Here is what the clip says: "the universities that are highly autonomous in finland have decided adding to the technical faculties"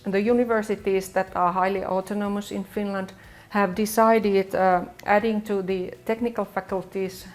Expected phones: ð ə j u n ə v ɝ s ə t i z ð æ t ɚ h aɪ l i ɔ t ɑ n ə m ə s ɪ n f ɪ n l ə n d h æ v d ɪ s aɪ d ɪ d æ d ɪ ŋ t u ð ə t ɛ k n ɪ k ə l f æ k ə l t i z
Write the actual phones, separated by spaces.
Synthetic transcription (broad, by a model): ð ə j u n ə v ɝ s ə t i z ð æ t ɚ h aɪ l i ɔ t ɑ n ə m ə s ɪ n f ɪ n l ə n d h æ v d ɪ s aɪ d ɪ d æ d ɪ ŋ t u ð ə t ɛ k n ɪ k ə l f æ k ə l t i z